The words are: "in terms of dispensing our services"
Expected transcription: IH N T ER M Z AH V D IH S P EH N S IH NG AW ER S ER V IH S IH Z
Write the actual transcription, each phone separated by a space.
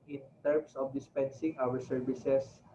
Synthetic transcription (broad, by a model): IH N T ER M S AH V D IH S P EH N S IH NG AW ER S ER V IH S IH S